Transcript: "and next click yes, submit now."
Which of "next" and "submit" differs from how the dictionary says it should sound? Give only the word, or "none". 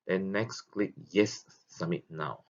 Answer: submit